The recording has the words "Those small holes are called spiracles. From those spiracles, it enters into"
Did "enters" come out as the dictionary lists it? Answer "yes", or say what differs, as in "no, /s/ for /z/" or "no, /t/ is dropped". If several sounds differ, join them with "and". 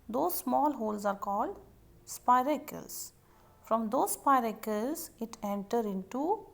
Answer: no, /z/ is dropped